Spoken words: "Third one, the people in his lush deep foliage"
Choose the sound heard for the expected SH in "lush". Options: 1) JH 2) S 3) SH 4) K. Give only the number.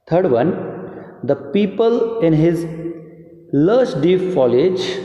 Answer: 2